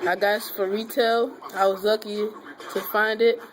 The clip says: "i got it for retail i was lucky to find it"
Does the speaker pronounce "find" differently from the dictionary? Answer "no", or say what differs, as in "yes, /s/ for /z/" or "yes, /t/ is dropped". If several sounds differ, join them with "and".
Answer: no